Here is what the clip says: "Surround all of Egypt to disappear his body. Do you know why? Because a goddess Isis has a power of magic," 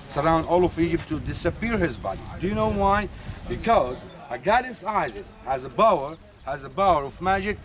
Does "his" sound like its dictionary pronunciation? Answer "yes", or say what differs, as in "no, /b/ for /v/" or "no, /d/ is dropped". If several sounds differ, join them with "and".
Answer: yes